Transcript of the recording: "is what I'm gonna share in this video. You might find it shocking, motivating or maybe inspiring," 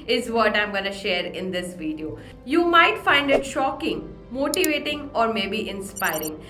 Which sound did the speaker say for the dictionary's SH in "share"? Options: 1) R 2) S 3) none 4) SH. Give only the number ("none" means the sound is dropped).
4